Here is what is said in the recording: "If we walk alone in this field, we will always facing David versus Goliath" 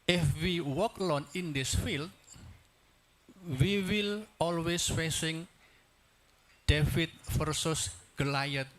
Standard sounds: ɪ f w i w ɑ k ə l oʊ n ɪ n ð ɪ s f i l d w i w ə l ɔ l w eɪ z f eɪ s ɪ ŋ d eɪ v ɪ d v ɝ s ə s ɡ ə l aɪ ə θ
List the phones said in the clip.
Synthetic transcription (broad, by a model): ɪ f w i w ɑ k l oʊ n ɪ n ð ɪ s f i l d w i w ə l ɔ l w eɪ s f eɪ s ɪ ŋ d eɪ f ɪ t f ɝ s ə s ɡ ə l aɪ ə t